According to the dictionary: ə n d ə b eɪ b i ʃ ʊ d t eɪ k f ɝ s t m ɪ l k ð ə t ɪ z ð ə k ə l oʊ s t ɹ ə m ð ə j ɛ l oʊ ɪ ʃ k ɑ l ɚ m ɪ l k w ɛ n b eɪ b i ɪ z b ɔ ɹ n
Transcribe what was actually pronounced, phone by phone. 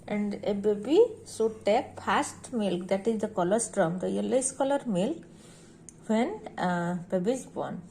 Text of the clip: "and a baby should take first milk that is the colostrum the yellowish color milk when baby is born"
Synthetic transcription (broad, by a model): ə n d ə b eɪ b i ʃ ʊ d t eɪ k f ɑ s t m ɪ l k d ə t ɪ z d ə k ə l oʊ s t ɹ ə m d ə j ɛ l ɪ s k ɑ l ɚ m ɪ l k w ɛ n b eɪ b i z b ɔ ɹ n